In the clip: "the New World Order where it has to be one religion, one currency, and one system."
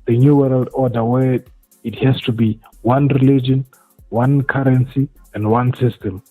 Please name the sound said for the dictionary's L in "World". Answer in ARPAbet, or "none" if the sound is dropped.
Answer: L